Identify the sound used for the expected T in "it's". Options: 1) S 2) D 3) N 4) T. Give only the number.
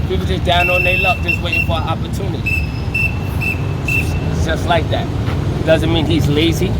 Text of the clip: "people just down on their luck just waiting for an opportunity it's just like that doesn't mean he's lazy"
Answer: 1